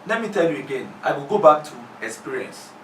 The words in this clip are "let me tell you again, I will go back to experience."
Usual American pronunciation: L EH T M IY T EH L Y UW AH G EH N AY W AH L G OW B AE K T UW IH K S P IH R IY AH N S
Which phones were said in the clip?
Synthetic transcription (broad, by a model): L EH T M IY T EH L Y UW AH G EH N AY W AH L G OW B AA K T UW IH K S P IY R IY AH N S